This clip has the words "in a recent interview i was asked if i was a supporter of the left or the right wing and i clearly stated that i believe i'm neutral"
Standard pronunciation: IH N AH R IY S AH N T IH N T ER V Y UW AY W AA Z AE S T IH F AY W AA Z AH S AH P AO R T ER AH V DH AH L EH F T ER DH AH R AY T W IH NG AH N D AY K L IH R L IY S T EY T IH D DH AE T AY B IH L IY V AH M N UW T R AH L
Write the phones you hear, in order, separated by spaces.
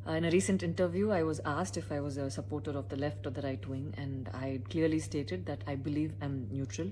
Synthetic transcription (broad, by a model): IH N AH R IY S AH N T IH N T ER V Y UW AY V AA Z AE S T IH F AY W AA Z AH S AH P AO R T ER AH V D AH L EH F T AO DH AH R AY T W IH NG AH N D AY K L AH R L IY S T EY T IH D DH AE T AY B IH L IY V AH M N UW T R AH L